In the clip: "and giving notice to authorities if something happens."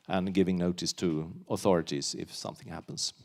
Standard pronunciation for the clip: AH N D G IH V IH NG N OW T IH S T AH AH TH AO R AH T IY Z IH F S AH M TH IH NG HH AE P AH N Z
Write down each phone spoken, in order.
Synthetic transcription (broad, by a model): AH N G IH V IH NG N OW T IH S T AH AH TH AO R AH T IY Z IH F S AH M TH IH NG HH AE P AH N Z